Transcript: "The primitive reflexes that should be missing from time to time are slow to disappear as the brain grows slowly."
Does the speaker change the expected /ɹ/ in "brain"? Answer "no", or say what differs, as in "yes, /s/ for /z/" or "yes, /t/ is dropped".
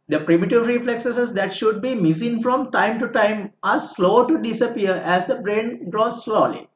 no